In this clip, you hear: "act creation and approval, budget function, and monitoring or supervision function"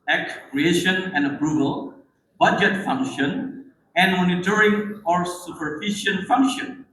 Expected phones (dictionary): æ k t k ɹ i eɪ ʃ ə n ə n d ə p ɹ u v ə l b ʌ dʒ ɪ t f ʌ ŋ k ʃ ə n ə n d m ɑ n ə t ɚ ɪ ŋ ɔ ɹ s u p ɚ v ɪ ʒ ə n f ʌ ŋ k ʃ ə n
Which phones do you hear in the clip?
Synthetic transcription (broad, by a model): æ k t k ɹ i eɪ ʃ ə n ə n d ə p ɹ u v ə l b ʌ dʒ ɪ t f ʌ ŋ k ʃ ə n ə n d m ɑ n ə t ɚ ɪ ŋ ɔ ɹ s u p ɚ f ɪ ʃ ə n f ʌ ŋ k ʃ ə n